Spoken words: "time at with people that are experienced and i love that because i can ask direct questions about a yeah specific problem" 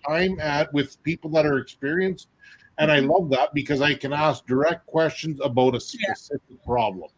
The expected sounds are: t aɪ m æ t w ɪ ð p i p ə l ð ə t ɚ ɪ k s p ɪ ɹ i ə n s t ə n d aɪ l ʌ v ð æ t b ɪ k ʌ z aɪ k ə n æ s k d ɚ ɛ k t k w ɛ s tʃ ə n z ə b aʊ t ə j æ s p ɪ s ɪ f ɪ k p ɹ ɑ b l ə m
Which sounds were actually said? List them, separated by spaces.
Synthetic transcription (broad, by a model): aɪ m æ t w ɪ ð p i p l ð ə t ɚ ɪ k s p ɪ ɹ i ə n s t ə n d aɪ l ʌ v ð æ t b ɪ k ʌ z aɪ k ə n æ s k d ɚ ɛ k t k w ɛ s tʃ ə n z ə b aʊ t ə s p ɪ s ɪ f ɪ k p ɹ ɑ b l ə m